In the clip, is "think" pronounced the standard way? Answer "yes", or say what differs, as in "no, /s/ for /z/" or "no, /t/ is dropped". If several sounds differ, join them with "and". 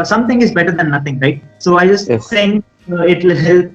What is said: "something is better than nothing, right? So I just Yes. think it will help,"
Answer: no, /k/ is dropped